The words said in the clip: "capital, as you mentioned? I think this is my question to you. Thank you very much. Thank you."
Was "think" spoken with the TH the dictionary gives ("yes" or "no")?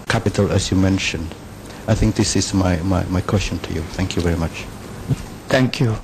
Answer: yes